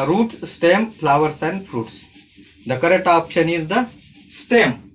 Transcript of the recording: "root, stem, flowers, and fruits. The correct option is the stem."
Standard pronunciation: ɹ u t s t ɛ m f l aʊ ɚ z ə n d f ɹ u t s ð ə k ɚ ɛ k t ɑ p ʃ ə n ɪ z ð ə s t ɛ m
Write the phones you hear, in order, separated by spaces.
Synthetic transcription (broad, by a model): ɹ u t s t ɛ m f l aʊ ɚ s ə n d f ɹ u t s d ə k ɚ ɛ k t ɑ p ʃ ə n ɪ z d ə s t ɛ m